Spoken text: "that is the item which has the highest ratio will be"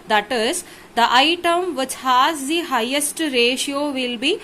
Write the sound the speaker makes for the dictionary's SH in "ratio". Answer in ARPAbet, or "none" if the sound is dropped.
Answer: SH